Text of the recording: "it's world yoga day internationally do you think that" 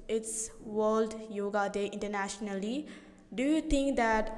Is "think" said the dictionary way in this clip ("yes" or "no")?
no